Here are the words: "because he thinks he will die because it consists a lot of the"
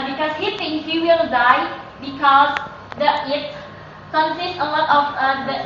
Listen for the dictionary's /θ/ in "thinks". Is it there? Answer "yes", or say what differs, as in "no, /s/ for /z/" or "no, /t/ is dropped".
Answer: no, /t/ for /θ/